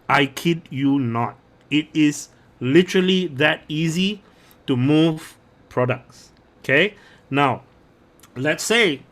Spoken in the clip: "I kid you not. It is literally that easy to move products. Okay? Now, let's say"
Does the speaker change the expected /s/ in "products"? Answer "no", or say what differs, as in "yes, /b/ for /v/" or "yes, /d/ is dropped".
no